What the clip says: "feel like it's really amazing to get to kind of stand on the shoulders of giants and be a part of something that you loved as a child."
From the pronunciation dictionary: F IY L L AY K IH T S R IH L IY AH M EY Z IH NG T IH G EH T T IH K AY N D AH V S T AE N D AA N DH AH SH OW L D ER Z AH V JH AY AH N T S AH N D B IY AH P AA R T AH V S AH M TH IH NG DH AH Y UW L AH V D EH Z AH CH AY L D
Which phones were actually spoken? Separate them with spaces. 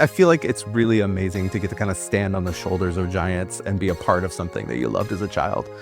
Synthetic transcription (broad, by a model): F IY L L AY K IH T S R IH L IY AH M EY Z IH NG T IH G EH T T IH K AY N D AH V S T AE N D N DH AH SH OW L D ER Z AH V JH AY AH N T S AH N B IY AH P AA R T AH V S AH M TH IH NG DH AH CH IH L AH V D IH Z AH CH AY L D